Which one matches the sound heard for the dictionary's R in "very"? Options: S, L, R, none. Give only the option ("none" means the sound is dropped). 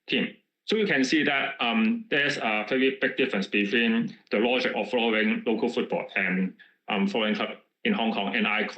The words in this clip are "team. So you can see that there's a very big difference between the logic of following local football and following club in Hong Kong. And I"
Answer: none